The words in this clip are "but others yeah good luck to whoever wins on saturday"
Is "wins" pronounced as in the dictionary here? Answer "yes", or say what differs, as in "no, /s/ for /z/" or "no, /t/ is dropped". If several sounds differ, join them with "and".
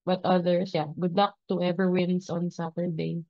no, /s/ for /z/